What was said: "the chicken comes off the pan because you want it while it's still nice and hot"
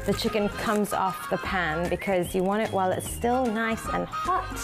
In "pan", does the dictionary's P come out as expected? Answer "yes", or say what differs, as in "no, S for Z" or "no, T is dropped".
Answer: yes